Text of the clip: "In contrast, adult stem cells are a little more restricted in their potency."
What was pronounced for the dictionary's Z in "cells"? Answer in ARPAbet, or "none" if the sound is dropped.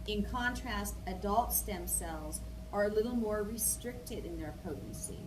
Z